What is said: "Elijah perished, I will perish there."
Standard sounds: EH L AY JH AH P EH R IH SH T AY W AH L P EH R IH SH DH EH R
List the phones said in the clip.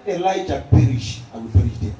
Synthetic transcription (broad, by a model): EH L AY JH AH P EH R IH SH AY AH N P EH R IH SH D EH